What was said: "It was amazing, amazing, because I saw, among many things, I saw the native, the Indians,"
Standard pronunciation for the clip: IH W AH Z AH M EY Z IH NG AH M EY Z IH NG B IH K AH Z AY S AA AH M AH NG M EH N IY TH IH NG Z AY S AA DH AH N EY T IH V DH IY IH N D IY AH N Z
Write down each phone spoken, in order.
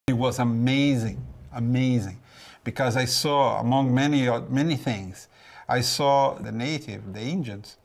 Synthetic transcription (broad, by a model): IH W AH Z AH M EY Z IH NG AH M EY Z IH NG B IH K AH Z AY S AA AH M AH NG M EH N IY TH IH NG Z AY S AA DH AH N EY T IH V DH IY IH N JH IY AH N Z